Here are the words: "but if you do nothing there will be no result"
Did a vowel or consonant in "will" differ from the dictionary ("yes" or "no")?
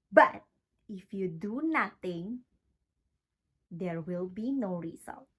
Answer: no